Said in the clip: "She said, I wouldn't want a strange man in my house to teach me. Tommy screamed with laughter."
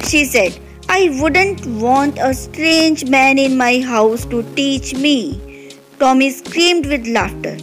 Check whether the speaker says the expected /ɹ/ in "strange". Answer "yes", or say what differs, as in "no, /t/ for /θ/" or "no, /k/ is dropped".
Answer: yes